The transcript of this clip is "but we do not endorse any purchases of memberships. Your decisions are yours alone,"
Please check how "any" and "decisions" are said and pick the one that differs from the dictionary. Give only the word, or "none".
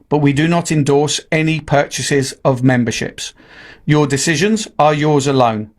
none